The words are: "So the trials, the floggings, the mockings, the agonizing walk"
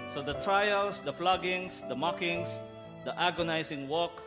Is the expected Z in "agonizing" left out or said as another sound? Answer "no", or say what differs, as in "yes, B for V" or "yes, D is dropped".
yes, S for Z